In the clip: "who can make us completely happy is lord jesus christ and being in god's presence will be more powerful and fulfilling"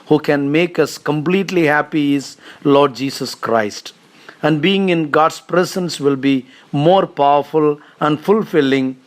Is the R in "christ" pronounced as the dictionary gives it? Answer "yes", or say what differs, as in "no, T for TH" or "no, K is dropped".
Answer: yes